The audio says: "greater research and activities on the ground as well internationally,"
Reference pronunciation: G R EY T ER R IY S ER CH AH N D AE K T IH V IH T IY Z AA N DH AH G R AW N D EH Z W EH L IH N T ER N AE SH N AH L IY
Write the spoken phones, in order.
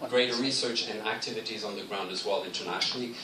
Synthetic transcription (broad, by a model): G R EY T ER R IY S ER CH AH N AE K T IH V IH T IY Z N DH AH G R AW N D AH Z W EH L IH N T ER N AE SH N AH L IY